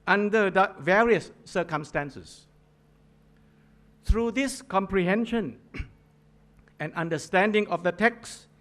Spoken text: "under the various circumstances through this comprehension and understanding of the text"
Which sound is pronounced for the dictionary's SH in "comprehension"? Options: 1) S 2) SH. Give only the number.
2